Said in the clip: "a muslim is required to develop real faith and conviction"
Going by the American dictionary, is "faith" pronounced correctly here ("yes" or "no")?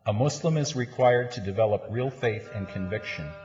yes